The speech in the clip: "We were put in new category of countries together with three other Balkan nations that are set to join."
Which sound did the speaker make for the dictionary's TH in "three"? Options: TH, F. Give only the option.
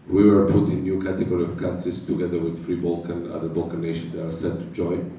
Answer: F